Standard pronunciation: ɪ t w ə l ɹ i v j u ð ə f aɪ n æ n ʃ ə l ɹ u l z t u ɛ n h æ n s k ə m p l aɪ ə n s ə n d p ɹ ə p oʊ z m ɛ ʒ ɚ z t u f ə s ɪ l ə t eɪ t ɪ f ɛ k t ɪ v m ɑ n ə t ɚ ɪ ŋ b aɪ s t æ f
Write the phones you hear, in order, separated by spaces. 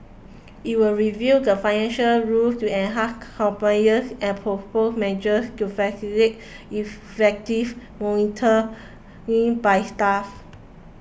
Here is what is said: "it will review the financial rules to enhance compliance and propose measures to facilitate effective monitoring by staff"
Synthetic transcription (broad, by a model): ɪ t w ə l ɹ i v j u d ə f aɪ n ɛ n ʃ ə l ɹ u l t u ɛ n h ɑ s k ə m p n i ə s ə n p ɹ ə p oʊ s m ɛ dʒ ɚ s t u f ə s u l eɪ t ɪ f ɛ k t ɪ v m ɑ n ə t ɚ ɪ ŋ b aɪ s t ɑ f